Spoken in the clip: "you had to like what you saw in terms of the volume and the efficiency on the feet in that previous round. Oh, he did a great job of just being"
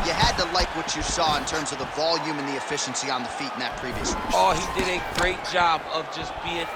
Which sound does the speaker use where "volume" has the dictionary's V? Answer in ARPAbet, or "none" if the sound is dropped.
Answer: V